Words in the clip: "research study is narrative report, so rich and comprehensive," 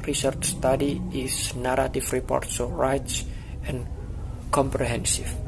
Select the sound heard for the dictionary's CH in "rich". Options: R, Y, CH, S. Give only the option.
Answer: S